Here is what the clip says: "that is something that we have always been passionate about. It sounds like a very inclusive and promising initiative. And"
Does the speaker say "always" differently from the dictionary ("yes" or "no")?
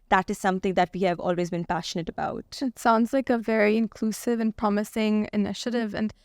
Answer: no